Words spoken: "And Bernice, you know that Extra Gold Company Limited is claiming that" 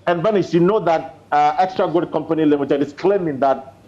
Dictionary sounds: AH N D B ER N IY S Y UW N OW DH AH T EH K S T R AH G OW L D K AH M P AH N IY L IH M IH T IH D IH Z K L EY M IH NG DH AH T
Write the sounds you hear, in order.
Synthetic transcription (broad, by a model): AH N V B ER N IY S Y UW N OW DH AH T EH K S T R AH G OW D K AH M P AH N IY L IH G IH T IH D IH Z K L EY M IH NG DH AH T